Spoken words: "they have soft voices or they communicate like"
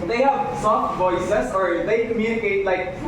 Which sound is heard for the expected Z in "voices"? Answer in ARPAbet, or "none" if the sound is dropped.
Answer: S